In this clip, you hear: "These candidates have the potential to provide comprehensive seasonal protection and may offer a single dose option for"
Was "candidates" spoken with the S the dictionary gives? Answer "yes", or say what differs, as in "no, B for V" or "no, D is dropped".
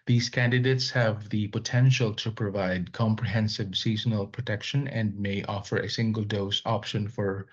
yes